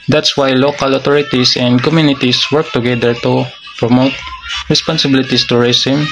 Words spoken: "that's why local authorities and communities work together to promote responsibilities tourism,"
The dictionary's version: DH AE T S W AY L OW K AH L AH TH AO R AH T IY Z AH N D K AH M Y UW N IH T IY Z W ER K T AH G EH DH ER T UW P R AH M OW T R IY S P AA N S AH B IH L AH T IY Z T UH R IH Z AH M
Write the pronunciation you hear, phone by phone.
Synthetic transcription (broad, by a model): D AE T S W AY L OW K AH L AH T AO R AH T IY S AH N D K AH M Y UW N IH T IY S W ER K T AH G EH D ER T UW P R AH M OW T R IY S P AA N S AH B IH L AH T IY S T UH R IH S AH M